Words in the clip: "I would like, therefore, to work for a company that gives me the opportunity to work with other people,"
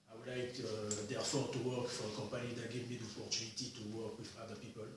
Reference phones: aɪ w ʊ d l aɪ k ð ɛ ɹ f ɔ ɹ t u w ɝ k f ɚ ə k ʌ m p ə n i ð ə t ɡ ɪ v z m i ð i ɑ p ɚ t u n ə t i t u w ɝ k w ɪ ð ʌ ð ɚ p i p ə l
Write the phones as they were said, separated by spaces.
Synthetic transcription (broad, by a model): aɪ w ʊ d l aɪ k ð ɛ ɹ f ɔ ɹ t u w ɝ k f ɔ ə k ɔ m p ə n i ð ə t ɡ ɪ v m i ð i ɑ p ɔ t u n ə t i t u w ɝ k w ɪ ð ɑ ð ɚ p i p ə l